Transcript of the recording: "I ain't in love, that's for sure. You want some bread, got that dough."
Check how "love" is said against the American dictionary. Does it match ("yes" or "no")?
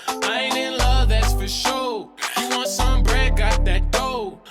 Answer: yes